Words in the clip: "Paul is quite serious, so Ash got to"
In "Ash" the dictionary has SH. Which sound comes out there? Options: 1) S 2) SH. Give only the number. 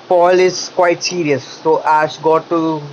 1